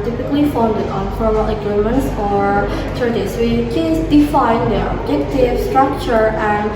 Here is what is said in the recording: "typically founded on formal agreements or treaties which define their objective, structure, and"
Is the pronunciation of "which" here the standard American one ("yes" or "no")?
no